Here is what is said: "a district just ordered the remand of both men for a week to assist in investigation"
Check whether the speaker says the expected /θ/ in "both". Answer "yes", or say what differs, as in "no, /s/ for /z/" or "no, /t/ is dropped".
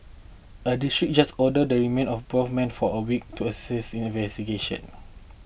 no, /f/ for /θ/